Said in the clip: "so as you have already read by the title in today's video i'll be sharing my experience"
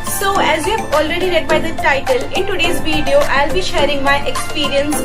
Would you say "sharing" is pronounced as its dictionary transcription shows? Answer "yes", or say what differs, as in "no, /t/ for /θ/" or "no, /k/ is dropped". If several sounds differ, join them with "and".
yes